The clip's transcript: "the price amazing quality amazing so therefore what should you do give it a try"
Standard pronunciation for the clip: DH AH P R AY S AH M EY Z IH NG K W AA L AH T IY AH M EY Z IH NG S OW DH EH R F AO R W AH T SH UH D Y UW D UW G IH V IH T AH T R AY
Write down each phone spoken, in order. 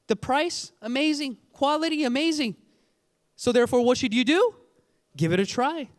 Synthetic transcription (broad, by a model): DH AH P R AY S AH M EY Z IH NG K W AA L AH T IY AH M EY Z IH NG S OW DH EH R F AO R W AH T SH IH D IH D UW G IH V IH T AH T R AY